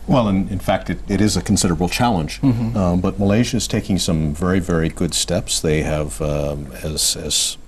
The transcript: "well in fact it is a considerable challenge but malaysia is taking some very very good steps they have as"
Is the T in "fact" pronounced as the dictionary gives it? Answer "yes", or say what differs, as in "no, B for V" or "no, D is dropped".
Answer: yes